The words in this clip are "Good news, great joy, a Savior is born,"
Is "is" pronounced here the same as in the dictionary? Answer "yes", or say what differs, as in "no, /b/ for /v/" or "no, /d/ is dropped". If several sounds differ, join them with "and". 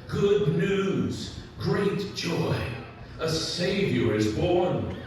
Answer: yes